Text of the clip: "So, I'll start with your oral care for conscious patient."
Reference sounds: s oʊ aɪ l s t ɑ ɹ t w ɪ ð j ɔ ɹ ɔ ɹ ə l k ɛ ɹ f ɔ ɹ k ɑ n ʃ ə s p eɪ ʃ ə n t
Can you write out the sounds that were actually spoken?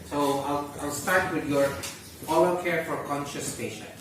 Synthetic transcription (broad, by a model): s oʊ aɪ l s t ɑ ɹ t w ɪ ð j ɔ ɹ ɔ l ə k ɛ ɹ f ɔ ɹ k ɑ n ʃ ə s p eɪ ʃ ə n